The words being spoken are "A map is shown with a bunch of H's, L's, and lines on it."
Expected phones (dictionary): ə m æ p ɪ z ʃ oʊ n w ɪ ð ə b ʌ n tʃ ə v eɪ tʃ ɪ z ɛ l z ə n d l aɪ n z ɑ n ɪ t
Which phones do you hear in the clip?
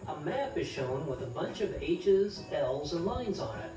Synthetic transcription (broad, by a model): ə m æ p ɪ z ʃ oʊ n w ɪ ð ə b ʌ n tʃ ə v eɪ tʃ ɪ z ɛ l z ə n l aɪ n z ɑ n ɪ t